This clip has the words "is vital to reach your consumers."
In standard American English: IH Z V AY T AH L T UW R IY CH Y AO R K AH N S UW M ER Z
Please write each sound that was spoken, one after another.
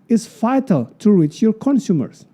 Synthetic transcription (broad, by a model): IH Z F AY T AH L T UW R IY CH Y AO R K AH N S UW M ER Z